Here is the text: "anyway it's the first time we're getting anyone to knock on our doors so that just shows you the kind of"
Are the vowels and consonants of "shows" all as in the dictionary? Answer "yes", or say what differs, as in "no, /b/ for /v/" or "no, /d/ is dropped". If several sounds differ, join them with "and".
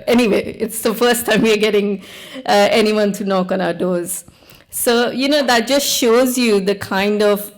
yes